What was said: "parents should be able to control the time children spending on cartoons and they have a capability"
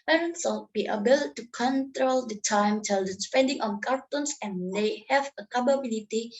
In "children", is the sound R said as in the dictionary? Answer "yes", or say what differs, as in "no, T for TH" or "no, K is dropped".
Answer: no, R is dropped